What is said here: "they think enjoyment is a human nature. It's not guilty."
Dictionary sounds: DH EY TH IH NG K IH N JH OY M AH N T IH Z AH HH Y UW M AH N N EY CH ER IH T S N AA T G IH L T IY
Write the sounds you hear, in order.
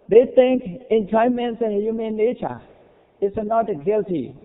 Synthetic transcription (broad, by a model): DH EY T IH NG K IH N JH OY M AH N T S AH HH Y UW M AH N L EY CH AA IH T S N AA T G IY L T IY